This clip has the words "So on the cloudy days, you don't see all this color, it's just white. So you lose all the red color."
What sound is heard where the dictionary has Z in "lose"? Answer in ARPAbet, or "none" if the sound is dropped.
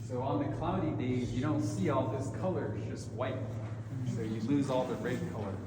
Z